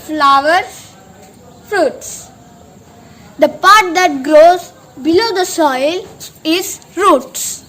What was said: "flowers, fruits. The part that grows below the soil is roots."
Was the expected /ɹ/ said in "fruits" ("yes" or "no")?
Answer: yes